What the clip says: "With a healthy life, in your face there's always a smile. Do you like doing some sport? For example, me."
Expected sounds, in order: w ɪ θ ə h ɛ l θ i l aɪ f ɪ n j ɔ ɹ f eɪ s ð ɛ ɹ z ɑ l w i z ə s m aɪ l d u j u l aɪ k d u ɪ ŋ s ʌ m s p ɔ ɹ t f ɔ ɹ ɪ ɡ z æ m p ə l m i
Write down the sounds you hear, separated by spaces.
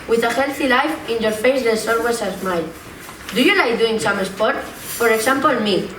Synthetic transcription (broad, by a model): w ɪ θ ə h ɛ l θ i l aɪ f ɪ n j ɔ ɹ f eɪ s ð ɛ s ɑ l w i s ə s m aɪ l d u j u l aɪ k d u ɪ ŋ s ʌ m s p ɔ ɹ t f ɔ ɹ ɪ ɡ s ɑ m p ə l m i